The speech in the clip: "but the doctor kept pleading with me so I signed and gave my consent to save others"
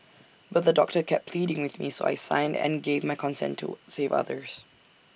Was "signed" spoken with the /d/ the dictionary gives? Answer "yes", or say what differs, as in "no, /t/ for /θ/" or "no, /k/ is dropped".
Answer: yes